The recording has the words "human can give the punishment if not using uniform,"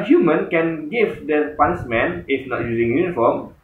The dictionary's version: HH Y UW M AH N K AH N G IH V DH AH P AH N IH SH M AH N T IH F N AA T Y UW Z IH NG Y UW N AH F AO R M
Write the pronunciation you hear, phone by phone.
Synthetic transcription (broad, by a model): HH Y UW M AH N K AH N G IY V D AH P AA N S M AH N IH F N AA T Y UW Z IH NG Y UW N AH F AO M